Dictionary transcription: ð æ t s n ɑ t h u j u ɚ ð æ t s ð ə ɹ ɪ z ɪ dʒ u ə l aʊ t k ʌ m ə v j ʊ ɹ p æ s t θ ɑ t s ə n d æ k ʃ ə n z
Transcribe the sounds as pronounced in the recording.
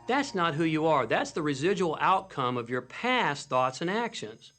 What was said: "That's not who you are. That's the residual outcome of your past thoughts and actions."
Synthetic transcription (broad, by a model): ð æ t s n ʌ t h u j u ɚ ð æ t s ð ə ɹ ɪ z ɪ dʒ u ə l aʊ t k ʌ m ə v j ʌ ɹ p æ s θ ɑ t s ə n æ k ʃ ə n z